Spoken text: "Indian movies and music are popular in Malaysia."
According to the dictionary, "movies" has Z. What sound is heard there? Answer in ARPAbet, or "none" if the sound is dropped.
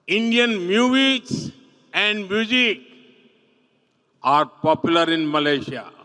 S